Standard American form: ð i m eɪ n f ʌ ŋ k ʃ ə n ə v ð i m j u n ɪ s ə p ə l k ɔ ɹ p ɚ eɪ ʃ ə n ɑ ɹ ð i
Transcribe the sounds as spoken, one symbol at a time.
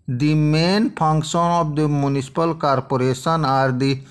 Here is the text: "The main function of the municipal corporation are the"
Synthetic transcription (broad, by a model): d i m eɪ n p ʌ ŋ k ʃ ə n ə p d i m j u n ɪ s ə p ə l k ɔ ɹ p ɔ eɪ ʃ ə n ɑ ɹ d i